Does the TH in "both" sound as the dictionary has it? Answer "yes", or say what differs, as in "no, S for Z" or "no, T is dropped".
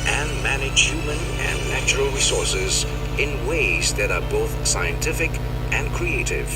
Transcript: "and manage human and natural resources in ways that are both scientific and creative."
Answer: yes